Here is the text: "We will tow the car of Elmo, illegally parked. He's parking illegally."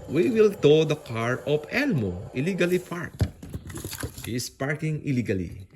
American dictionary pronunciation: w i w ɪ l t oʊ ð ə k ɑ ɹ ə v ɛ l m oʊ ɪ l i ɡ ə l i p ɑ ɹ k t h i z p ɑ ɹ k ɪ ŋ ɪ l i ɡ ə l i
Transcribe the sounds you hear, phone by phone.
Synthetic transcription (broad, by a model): w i w ɪ l t oʊ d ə k ɑ ɹ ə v ɛ l m oʊ ɪ l i ɡ ə l i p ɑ ɹ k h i s p ɑ ɹ k ɪ ŋ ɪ l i ɡ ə l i